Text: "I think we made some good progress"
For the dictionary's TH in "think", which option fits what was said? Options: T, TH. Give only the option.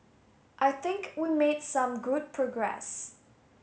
TH